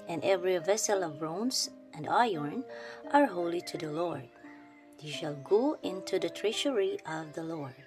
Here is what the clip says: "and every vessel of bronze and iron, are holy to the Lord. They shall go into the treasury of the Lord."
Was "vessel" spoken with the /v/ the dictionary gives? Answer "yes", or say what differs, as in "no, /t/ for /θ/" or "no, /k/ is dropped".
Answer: yes